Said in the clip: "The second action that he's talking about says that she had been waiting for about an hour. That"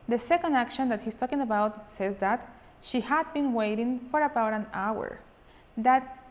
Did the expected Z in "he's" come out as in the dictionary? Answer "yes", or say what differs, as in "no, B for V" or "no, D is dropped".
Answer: no, S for Z